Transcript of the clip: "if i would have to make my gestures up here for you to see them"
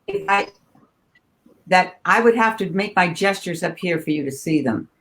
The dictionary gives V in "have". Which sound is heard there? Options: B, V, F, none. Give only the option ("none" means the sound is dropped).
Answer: F